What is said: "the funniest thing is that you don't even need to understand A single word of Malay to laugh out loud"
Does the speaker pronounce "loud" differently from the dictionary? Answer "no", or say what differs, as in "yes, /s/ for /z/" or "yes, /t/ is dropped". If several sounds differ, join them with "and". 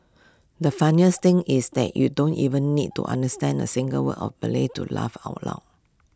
yes, /d/ is dropped